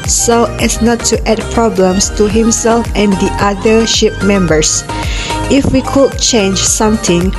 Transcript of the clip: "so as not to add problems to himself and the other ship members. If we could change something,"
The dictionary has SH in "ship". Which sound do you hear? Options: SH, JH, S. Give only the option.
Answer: SH